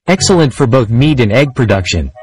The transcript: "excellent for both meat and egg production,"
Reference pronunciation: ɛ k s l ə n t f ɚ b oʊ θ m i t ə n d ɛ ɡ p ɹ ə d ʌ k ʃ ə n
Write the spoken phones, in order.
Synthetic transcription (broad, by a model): ɛ k s l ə n t f ɚ b oʊ θ m i t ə n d ɛ ɡ p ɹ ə d ʌ k ʃ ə n